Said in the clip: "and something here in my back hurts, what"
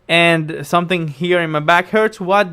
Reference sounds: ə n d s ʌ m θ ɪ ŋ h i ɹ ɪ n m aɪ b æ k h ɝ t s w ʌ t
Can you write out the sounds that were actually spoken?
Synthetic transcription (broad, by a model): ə n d s ʌ m θ ɪ ŋ h i ɹ ɪ n m aɪ b æ k h ɝ t s w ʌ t